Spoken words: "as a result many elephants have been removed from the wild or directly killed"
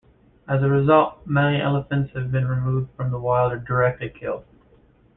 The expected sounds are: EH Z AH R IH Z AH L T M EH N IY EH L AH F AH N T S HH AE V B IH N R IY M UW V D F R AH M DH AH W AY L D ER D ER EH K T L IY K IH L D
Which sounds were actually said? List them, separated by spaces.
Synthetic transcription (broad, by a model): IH Z AH R IH Z AH L T M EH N IY EH L AH F AH N T S HH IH V B IH N R IY M UW V D F R AH M DH AH W AY L D ER D ER EH K T L IY K IH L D